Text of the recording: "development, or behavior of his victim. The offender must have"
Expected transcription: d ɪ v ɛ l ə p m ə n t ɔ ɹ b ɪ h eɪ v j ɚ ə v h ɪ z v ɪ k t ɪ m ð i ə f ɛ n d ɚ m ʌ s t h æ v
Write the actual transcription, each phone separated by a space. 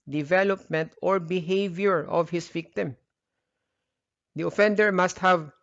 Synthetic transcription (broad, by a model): d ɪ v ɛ l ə p m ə n t ɔ ɹ b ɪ h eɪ v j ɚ ə v h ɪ s v ɪ k t ɪ m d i ə f ɛ n d ɚ m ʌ s t h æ v